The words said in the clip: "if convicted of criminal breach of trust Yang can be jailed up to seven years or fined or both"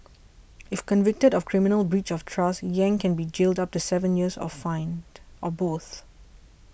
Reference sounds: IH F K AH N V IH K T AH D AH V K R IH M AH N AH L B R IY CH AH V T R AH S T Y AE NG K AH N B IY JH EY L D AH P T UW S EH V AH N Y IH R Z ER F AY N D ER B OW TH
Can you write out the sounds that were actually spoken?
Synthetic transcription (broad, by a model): IH F K AH N V IH K T AH D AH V K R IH M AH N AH L B R IY CH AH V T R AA S Y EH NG K AH N B IY JH EY L D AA P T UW S EH V AH N Y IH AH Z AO F AY N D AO B OW TH